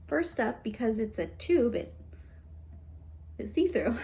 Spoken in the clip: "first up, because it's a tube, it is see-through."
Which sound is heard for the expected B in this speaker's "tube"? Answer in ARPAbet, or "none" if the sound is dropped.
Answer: B